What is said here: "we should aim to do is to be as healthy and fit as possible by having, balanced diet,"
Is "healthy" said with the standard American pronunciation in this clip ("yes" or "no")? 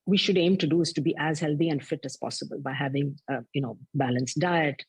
no